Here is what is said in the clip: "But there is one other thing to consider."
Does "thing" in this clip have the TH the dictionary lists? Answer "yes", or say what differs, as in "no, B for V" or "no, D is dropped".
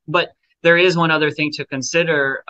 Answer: yes